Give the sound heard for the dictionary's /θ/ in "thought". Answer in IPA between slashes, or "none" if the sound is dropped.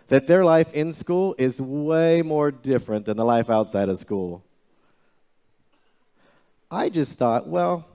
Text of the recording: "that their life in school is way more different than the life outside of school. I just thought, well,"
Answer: /θ/